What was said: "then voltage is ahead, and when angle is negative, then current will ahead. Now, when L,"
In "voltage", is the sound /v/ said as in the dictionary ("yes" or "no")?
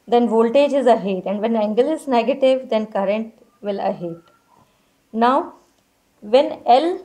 yes